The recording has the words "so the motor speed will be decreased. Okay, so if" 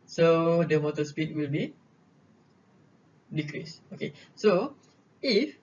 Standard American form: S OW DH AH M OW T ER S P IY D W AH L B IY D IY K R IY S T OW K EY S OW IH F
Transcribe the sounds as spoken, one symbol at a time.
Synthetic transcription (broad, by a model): S OW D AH M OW T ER S P IY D W AH L B IY D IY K R IY S OW K EY S OW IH F